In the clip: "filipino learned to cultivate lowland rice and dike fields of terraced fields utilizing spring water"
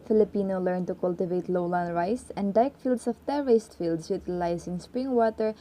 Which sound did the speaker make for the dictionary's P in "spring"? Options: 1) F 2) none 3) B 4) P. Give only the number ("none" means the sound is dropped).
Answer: 4